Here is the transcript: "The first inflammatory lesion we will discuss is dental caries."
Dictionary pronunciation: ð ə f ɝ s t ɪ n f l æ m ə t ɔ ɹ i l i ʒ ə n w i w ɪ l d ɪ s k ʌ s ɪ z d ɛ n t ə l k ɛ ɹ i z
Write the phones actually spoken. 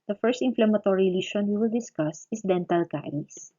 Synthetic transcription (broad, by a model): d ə f ɝ s t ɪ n f l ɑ m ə t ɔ ɹ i l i ʃ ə n w i w ɪ l d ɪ s k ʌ s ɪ s d ɛ n t ə l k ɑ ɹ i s